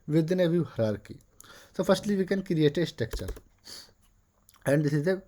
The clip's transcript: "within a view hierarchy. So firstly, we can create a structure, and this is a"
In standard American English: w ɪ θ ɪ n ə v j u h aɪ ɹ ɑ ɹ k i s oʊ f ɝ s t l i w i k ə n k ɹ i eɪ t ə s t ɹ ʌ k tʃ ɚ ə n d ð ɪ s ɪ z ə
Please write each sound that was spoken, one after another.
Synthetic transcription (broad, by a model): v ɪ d n ə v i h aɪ ɹ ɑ ɹ k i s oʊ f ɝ s t l i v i k ə n k ɹ i eɪ t ə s t ɛ k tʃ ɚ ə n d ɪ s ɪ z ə